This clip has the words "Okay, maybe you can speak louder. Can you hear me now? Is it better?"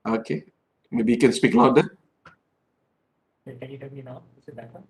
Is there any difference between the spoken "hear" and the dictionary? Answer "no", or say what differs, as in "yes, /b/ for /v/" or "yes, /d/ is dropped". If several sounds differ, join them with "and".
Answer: yes, /l/ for /ɹ/